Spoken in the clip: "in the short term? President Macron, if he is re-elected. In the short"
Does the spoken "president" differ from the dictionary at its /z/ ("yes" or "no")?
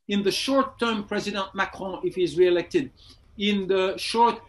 no